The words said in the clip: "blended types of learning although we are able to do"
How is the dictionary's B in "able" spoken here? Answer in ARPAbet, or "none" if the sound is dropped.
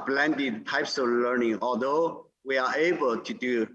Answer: B